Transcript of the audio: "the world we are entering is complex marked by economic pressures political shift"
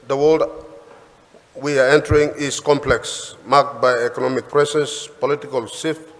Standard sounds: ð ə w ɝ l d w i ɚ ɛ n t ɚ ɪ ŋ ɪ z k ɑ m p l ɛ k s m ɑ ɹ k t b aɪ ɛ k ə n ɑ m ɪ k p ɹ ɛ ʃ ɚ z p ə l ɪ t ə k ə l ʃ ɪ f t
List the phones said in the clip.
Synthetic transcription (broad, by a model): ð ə w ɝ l d w i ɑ ɛ n t ɚ ɪ ŋ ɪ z k ɑ m p l ɛ k s m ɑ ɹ k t b aɪ ɛ k ə n ɑ m ɪ k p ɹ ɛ s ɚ s p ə l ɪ t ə k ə l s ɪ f